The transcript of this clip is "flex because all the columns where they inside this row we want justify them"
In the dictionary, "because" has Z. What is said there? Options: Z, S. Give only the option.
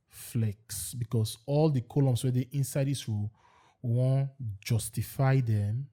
S